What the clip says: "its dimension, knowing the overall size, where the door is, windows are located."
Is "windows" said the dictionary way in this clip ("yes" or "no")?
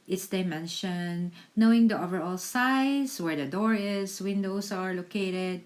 no